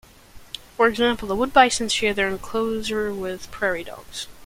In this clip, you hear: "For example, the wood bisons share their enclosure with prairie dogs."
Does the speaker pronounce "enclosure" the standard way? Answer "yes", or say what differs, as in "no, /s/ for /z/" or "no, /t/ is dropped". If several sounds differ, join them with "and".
no, /z/ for /ʒ/